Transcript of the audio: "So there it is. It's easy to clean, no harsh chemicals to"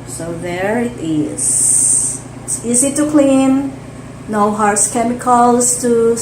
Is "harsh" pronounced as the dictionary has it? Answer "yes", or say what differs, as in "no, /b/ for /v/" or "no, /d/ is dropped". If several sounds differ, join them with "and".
no, /s/ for /ʃ/